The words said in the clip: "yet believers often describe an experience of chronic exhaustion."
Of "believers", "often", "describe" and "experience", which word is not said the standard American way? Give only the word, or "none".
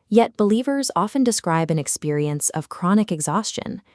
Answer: none